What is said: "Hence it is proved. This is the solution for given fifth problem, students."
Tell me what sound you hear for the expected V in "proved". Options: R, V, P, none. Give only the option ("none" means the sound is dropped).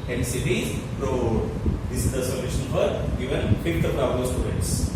none